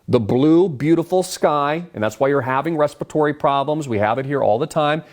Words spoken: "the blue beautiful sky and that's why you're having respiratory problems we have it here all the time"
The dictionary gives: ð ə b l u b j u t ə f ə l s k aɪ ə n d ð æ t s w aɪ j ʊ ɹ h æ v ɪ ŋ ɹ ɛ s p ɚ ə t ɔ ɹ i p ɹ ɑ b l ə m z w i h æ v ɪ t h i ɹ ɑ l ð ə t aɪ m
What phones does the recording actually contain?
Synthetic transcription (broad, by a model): ð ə b l u b j u t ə f l s k aɪ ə n ð æ t s w aɪ j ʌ ɹ h æ v ɪ ŋ ɹ ɛ s p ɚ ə t ɔ ɹ i p ɹ ɑ b l ə m z w i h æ v ɪ t h i ɹ ɑ l ð ə t aɪ m